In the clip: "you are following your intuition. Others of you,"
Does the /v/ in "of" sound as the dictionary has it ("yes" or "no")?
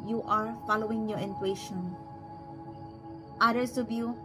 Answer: no